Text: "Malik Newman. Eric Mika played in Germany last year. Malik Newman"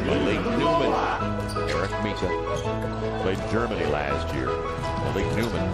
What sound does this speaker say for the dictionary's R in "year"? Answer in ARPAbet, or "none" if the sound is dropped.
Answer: R